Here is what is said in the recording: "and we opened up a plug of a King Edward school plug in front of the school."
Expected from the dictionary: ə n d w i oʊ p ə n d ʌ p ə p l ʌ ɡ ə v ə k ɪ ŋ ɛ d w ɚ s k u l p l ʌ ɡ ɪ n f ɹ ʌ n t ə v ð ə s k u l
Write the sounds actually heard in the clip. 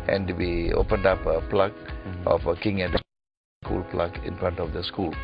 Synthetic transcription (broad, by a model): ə n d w i oʊ p ə n d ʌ p ə p l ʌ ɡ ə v ə k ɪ ŋ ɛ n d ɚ s k u l p l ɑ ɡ ɪ n f ɹ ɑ n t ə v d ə s k u l